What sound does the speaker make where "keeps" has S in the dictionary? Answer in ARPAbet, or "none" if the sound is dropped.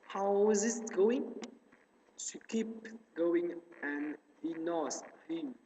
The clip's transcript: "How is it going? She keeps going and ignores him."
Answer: none